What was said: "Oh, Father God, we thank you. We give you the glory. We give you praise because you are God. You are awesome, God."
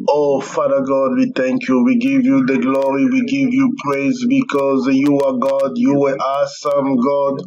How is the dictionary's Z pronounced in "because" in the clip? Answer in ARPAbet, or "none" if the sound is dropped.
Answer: Z